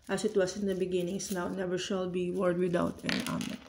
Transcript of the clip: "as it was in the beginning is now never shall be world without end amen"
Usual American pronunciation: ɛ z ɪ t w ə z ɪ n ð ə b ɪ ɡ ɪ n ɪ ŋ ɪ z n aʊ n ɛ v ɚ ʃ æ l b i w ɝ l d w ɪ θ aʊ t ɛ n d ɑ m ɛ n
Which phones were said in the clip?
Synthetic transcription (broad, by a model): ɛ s ɪ t w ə s ɪ n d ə b ɪ ɡ ɪ n ɪ ŋ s n aʊ n ɛ v ɚ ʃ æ l b i w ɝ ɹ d w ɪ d aʊ t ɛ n ɑ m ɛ